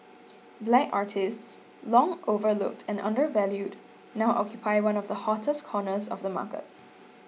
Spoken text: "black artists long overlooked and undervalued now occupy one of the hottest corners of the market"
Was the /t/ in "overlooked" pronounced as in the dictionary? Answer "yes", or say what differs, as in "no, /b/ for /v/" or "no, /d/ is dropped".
yes